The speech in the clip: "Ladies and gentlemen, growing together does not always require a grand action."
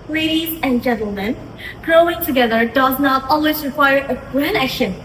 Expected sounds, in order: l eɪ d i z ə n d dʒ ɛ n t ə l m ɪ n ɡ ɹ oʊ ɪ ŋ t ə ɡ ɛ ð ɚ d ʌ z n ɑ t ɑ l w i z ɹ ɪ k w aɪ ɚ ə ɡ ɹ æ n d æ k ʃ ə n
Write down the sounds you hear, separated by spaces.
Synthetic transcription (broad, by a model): l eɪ d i z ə n dʒ ɛ n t l m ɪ n ɡ ɹ oʊ ɪ ŋ t ə ɡ ɛ ð ɚ d ʌ z n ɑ t ɑ l w i z ɹ ɪ k w aɪ ɚ ə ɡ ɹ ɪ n æ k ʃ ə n